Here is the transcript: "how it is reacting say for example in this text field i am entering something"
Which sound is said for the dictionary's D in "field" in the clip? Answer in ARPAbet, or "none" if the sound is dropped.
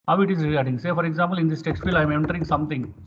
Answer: none